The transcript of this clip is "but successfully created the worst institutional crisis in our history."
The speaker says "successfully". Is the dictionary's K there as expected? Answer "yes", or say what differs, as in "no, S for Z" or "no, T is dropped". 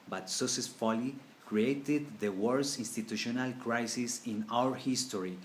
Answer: no, K is dropped